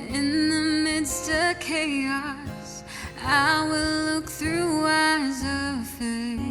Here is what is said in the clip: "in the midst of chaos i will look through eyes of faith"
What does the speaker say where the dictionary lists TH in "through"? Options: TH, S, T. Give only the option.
TH